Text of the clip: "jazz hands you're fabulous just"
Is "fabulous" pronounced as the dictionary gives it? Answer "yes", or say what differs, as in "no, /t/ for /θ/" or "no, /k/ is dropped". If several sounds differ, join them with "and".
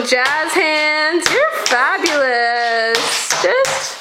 yes